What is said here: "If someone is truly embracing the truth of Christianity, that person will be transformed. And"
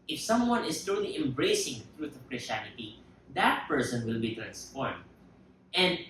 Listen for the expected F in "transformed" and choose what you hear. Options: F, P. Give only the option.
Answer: P